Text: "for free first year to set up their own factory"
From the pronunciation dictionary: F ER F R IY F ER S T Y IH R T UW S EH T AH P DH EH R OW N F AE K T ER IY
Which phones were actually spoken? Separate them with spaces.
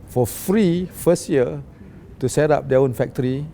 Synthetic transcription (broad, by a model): F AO F R IY F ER S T Y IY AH T UW S EH T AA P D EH OW N F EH K T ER IY